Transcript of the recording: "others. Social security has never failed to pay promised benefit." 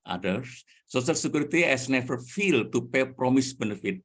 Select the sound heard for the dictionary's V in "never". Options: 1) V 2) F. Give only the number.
2